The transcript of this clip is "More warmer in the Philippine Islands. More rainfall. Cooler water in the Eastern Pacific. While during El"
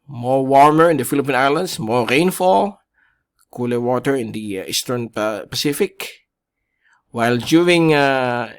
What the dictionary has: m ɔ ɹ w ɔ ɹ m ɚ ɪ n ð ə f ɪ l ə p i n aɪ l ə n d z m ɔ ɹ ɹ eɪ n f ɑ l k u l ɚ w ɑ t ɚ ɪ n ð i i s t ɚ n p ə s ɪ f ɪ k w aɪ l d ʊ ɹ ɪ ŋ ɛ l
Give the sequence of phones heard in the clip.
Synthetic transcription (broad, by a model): m ɔ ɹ w ɔ ɹ m ɚ ɪ n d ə f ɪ l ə p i n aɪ l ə n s m ɔ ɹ ɹ eɪ n f ɑ l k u l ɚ w ɑ t ɚ ɪ n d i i s t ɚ n p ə s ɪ f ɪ k w aɪ l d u ɪ ŋ